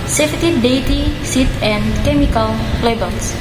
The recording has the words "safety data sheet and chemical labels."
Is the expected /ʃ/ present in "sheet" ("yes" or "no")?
no